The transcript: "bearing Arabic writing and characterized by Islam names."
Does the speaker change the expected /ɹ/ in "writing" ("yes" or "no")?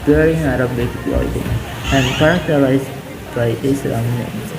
yes